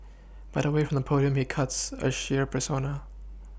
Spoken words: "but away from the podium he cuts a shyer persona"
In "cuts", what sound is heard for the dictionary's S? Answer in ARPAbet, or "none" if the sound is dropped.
S